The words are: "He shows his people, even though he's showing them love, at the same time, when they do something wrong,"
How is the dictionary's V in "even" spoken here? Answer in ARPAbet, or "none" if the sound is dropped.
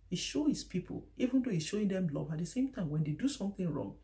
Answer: V